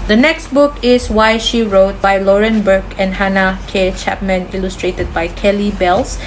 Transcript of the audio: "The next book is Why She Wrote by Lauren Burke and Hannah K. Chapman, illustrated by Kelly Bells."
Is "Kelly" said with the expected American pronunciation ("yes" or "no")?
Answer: yes